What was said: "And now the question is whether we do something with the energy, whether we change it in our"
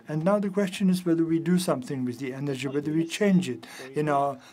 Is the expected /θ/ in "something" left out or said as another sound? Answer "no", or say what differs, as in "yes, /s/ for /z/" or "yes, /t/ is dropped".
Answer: no